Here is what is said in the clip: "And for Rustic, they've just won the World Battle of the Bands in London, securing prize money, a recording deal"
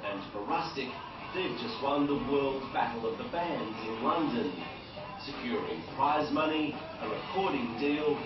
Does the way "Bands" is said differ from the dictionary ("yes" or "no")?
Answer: no